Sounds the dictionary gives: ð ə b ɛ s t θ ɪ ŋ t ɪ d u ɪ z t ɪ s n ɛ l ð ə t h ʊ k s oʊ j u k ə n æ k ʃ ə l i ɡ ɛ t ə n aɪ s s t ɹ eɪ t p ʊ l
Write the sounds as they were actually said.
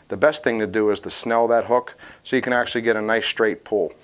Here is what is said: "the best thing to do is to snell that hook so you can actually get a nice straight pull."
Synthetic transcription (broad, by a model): ð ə b ɛ s t θ ɪ ŋ t ɪ d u ɪ z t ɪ s n ɛ l ð ə t h ʊ k s oʊ j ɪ k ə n æ k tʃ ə l i ɡ ɛ t ə n aɪ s s t ɹ eɪ t p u l